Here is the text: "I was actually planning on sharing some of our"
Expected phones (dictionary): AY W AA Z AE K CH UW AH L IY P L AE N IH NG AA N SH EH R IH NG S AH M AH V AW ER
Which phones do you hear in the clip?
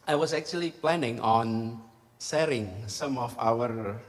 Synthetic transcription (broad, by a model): AY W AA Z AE K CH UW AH L IY P L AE N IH NG AA N S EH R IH NG S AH M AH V AW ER